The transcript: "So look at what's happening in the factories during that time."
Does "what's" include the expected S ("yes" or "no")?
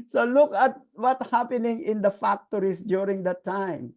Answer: no